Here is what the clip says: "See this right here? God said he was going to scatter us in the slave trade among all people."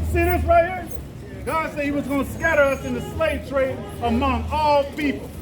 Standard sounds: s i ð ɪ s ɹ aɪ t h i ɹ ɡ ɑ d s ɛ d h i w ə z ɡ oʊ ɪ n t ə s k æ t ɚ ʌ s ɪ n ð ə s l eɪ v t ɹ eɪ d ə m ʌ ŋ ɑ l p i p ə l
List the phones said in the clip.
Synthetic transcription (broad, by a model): s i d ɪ θ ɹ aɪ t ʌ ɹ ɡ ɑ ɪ s ɛ d h i w ə z ɡ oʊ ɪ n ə s k æ t ɚ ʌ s ɪ n ð ə s l eɪ v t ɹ eɪ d ə m ʌ ŋ ɑ l p i p l